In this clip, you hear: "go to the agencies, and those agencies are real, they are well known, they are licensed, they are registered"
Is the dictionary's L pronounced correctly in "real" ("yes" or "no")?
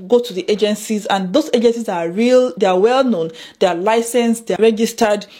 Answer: yes